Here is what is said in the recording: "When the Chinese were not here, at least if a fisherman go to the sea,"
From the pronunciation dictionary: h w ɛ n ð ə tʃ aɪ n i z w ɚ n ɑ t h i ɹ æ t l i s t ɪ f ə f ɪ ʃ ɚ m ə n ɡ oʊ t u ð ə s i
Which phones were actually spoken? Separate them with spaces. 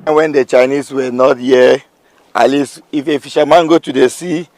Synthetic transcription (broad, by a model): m w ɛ n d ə tʃ aɪ n i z w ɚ n ɑ t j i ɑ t l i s ɪ f ə f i ʃ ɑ m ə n ɡ oʊ t u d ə s i